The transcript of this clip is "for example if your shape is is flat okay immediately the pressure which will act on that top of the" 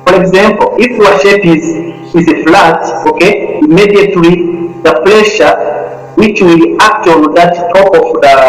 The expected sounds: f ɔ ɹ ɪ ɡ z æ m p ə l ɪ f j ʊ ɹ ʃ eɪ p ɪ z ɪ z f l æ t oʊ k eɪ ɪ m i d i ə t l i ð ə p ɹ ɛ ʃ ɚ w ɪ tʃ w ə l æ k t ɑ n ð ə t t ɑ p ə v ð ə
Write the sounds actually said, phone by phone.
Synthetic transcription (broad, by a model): f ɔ ɹ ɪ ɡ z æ m p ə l ɪ f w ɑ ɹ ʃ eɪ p ɪ z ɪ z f l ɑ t oʊ k eɪ ɪ m i d i ə t l i ð ə p l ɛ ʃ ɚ w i tʃ w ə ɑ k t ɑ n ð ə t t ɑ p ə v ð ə